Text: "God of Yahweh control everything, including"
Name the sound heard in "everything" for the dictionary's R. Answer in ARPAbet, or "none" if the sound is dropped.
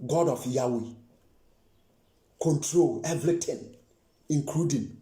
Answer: L